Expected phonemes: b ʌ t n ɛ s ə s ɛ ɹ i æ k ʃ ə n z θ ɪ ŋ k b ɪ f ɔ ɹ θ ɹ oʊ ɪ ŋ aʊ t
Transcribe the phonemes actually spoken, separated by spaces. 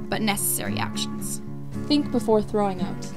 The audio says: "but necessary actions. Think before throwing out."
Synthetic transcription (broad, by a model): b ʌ t n ɛ s ə s ɛ ɹ i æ k ʃ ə n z θ ɪ ŋ k b ɪ f ɔ ɹ θ ɹ oʊ ɪ ŋ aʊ t